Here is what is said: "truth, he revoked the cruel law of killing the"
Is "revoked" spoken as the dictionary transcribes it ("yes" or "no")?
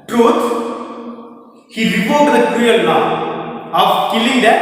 no